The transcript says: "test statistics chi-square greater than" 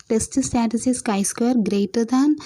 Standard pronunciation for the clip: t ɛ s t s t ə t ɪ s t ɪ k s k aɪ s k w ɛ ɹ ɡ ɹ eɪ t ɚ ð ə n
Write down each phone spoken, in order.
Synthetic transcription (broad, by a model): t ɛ s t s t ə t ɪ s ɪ s k aɪ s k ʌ ɹ ɡ ɹ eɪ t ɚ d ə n